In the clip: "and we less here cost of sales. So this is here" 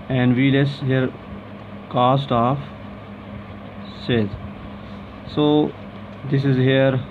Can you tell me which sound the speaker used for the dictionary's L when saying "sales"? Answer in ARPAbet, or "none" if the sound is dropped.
none